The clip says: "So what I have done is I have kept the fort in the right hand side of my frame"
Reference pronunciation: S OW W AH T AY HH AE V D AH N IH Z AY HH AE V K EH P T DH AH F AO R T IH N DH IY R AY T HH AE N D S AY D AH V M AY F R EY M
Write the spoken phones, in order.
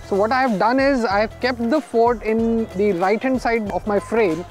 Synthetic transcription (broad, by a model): S OW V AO T AY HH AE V D AH N IH Z AY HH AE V K EH P T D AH F AO R T IH N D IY R AY T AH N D S AY D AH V M AY F R EY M